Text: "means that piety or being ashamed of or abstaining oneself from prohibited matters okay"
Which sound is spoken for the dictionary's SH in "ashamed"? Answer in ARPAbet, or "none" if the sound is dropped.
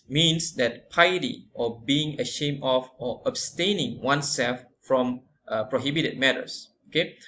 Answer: SH